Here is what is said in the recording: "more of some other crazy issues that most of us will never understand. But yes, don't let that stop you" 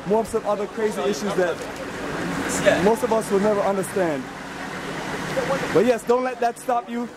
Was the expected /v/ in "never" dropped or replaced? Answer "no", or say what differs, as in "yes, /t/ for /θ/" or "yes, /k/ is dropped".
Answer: no